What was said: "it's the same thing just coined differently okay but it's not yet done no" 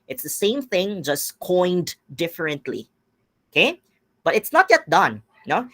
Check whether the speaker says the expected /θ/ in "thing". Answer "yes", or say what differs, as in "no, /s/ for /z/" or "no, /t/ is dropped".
yes